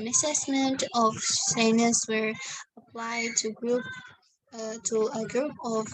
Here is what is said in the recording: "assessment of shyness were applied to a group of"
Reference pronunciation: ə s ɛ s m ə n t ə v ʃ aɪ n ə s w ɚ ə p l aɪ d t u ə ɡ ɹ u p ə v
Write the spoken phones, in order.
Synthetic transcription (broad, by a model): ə s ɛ s m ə n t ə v s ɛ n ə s w ɚ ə p l aɪ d t u ə ɡ ɹ u p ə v